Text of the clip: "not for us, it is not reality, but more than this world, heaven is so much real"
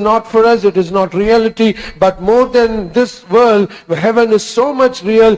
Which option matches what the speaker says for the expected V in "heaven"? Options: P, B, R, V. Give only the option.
V